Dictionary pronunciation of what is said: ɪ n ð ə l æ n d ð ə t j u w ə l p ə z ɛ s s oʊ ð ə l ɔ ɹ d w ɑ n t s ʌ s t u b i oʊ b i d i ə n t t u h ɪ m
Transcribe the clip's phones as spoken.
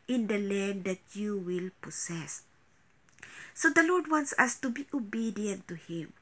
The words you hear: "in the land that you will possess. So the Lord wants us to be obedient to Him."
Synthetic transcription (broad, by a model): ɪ n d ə l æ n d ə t j u w ə l p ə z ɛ s s oʊ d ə l ɔ ɹ d w ɑ n t s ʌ s t u b i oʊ b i d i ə n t t u h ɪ m